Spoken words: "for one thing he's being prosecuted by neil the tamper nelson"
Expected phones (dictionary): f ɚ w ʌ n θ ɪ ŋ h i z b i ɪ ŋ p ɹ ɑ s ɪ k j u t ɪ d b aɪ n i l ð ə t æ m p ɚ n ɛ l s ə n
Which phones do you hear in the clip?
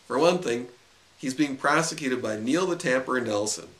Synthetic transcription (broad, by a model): f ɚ w ʌ n θ ɪ ŋ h i z b i ɪ ŋ p ɹ ɑ s ɪ k j u t ɪ d b aɪ n i l ð ə t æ m p ɚ n ɛ l s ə n